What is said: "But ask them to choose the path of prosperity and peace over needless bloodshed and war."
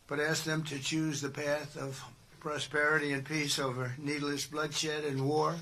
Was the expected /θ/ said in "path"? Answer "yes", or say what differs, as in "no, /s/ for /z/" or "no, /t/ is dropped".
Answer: yes